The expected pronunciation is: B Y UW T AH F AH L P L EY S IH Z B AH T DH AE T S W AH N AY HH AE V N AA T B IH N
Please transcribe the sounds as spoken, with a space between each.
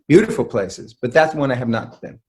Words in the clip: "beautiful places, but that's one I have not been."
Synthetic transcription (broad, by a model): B Y UW T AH F L P L EY S IH Z B AH T DH AE T S W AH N AY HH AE V N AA T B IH N